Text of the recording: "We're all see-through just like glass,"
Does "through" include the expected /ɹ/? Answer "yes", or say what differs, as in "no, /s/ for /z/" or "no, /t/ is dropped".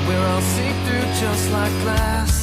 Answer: no, /ɹ/ is dropped